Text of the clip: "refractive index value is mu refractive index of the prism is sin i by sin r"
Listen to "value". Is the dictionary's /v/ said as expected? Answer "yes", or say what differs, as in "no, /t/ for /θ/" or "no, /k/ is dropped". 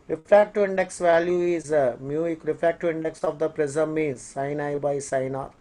yes